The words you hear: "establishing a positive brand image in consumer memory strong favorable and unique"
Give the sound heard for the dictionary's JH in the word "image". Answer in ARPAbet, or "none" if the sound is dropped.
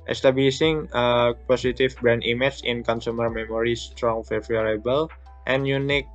CH